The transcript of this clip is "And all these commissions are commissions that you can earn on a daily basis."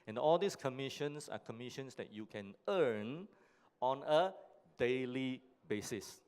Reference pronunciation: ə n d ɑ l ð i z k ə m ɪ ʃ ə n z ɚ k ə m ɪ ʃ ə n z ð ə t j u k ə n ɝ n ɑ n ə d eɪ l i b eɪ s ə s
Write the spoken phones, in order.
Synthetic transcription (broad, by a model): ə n ɑ l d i s k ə m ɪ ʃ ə n s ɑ k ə m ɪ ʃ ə n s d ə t j u k ə n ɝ n ɑ n ə d eɪ l i b eɪ s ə s